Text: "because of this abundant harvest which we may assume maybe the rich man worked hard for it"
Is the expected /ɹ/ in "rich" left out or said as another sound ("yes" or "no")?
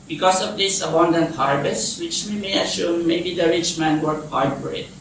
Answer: no